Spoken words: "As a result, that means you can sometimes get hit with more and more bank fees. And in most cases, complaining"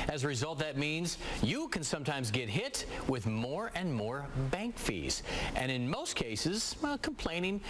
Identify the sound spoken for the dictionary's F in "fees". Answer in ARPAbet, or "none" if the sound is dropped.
F